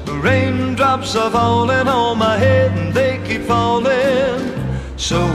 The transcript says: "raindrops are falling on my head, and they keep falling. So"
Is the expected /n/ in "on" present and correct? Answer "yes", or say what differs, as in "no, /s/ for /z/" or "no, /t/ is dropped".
no, /l/ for /n/